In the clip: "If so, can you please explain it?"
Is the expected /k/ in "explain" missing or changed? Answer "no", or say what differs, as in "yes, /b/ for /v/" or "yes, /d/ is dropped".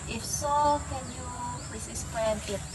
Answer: yes, /k/ is dropped